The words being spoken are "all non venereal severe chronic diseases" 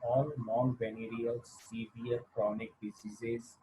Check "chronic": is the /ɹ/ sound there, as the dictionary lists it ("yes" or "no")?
yes